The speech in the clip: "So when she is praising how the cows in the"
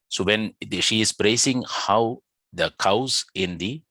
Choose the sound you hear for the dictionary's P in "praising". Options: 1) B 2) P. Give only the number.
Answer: 1